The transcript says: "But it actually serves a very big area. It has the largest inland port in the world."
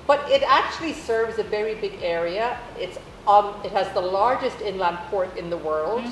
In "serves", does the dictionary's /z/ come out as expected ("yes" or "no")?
yes